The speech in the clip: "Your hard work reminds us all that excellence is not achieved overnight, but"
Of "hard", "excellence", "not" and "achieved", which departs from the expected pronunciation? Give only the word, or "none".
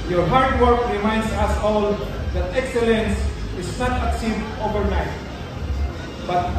achieved